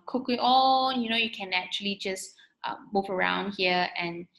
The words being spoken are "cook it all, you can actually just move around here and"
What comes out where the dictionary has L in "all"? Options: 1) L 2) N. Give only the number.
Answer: 2